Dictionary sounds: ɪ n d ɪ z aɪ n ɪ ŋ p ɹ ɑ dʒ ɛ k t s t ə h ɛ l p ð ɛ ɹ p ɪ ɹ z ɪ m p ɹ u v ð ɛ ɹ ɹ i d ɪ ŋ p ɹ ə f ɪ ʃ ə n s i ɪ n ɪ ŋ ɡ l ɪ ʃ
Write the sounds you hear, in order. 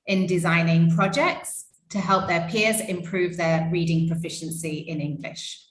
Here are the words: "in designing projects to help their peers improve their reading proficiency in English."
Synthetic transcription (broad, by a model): ɪ n d ɪ z aɪ n ɪ ŋ p ɹ ɑ dʒ ɛ k t s t ə h ɛ l p ð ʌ p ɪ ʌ z ɪ m p ɹ u v ð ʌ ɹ ɹ i d ɪ ŋ p ɹ ə f ɪ ʃ ə n s i ɪ n ɪ ŋ ɡ l ɪ ʃ